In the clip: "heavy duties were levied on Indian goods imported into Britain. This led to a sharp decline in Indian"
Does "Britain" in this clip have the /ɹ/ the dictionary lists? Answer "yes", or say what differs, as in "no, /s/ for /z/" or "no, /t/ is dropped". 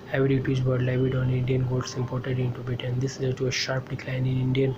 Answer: no, /ɹ/ is dropped